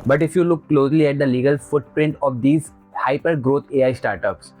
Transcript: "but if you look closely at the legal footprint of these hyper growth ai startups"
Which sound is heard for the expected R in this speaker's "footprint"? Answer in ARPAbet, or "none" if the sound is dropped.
R